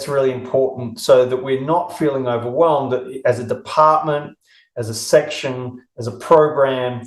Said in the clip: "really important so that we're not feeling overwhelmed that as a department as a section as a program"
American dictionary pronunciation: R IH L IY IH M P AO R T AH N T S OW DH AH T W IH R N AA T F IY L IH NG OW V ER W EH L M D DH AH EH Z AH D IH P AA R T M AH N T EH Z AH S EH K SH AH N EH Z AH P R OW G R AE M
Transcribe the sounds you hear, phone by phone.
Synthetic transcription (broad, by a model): R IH L IY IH M P AO R T N T S OW DH AH T W IH R N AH T F IY L IH NG OW V ER W EH L M D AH Z AH D IH P AA R T M AH N T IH Z AH S EH K SH AH N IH Z AH P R OW G R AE M